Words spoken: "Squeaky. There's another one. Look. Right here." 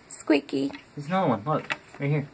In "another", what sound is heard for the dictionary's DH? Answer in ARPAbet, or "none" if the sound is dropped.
none